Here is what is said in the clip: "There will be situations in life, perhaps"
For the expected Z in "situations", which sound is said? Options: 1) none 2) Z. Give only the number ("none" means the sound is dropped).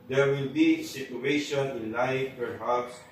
1